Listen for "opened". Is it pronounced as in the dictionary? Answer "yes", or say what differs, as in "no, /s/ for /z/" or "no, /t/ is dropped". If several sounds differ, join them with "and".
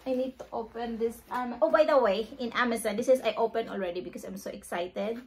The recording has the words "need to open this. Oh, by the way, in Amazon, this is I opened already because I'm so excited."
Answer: no, /d/ is dropped